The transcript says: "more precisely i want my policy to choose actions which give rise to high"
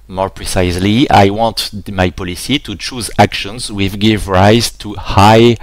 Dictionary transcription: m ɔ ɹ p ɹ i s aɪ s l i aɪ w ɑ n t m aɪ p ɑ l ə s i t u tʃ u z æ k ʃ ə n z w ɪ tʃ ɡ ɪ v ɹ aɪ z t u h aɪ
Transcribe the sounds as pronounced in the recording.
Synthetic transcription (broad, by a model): m ɔ ɹ p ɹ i s aɪ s l i aɪ w ɑ n t m aɪ p ɑ l ə s i t u tʃ u z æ k ʃ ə n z w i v ɡ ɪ v ɹ aɪ z t u h aɪ